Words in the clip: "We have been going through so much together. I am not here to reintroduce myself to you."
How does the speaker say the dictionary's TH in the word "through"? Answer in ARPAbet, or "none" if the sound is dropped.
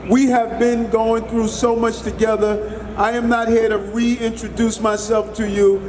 TH